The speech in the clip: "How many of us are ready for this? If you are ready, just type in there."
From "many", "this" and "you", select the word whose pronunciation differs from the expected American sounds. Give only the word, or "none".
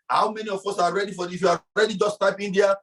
this